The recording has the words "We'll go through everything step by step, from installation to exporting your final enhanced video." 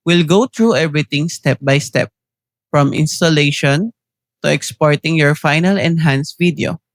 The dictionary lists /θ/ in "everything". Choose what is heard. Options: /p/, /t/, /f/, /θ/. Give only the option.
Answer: /t/